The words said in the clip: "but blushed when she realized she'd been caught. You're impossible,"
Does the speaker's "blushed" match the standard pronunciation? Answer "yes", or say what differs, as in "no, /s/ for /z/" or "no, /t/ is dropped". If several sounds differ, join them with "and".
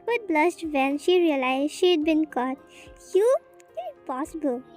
no, /s/ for /ʃ/